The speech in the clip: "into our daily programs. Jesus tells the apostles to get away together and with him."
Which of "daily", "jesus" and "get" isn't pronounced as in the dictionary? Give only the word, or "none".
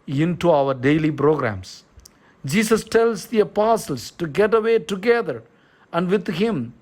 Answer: jesus